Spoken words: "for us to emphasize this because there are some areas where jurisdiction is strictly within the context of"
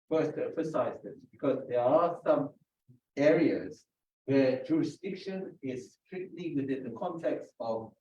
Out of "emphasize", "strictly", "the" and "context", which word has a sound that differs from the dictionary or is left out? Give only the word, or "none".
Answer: none